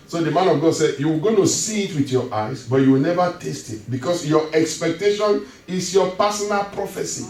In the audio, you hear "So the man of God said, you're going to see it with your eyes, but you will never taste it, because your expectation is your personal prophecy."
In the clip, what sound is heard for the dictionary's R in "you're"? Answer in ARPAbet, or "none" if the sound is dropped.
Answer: W